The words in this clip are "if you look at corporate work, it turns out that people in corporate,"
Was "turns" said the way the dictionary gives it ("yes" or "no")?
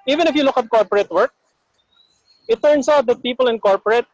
no